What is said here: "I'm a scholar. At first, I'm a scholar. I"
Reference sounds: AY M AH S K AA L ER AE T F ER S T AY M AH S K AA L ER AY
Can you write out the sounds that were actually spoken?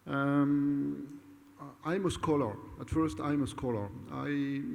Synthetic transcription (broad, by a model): AY M AH S K AA L ER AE T F ER S T AY M AH S K AA L ER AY